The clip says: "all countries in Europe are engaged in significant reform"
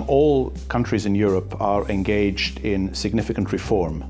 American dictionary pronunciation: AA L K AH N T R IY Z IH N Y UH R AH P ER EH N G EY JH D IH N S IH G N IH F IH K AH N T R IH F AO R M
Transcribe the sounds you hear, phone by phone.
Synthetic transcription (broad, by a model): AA L K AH N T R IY Z IH N Y UH R AH P ER EH N G EY JH D IH N S IH G N IH F IH K AH N T R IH F AO R M